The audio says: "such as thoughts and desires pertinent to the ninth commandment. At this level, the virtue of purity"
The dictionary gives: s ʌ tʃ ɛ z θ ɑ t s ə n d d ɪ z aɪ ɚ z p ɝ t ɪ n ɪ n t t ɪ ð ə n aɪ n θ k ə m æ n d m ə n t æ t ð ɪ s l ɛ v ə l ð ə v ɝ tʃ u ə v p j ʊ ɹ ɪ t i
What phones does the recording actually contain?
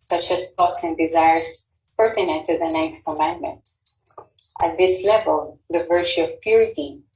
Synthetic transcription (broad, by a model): s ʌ tʃ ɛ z t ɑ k s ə n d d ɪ z aɪ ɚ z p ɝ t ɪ n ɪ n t t ɪ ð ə n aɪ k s k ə m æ n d m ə n t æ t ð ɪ s l ɛ v ə l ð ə v ɝ tʃ u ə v p j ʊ ɹ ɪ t i